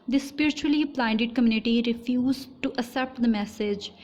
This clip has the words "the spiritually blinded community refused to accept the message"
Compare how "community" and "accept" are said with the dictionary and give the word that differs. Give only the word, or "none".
accept